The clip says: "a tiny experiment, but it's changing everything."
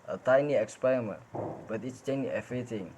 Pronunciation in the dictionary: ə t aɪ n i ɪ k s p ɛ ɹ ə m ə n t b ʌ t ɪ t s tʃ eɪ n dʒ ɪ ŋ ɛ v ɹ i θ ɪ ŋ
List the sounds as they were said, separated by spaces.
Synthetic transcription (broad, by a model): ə t aɪ n i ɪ k s p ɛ ɹ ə m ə n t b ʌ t ɪ t s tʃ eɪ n ɪ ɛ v ɹ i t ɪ ŋ